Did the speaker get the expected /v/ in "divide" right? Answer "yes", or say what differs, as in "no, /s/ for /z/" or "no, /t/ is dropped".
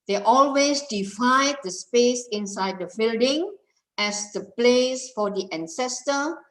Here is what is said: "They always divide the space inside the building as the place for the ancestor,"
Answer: no, /f/ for /v/